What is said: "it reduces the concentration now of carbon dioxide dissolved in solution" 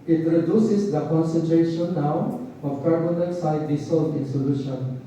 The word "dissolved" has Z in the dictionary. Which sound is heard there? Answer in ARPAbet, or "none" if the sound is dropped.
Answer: S